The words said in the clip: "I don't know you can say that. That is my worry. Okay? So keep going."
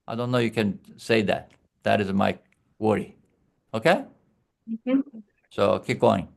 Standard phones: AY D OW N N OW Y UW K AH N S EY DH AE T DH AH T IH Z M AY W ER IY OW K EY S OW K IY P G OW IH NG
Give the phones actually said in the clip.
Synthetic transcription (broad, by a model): AY D OW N N OW Y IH K AH N S EY DH AE T DH AH T IH Z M AY W ER IY OW K EY S OW K IY P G OW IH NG